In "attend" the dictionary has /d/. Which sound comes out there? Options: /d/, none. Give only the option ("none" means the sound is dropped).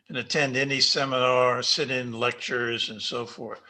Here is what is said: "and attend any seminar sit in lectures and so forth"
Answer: /d/